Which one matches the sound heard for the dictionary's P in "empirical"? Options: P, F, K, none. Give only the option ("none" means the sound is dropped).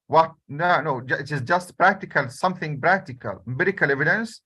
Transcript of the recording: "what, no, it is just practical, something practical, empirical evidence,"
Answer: none